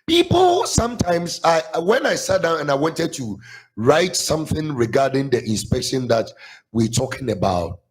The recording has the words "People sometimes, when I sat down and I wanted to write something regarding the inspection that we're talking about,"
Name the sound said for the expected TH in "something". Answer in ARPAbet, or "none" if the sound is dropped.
TH